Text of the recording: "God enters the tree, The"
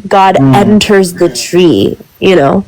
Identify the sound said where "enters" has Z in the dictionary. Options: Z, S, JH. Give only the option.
Z